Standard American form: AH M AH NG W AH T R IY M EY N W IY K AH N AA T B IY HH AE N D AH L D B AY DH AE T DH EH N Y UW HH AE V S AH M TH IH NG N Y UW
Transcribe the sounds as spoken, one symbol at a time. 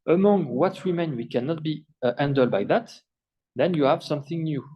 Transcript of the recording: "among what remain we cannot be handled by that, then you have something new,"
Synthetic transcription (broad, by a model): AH M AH NG W AH T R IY M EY N W IY K AH N AA T B IY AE N D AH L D B AY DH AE T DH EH N Y UW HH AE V S AH M TH IH NG N Y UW